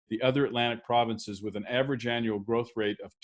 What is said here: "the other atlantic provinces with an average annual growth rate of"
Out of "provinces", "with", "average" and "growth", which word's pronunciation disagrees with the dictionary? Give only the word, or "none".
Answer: none